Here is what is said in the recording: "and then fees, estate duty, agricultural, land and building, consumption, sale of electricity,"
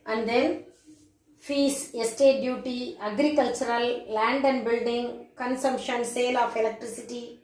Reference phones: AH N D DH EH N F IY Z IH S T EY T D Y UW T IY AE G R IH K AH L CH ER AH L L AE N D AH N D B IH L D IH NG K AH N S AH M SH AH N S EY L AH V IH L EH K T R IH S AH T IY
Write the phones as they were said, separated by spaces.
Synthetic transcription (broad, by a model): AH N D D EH N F IY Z IH S T EY T D Y UW T IY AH G R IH K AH L CH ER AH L L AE N D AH N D B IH L D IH NG K AH N S AH M SH AH N S EY L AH F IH L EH K T R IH S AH T IY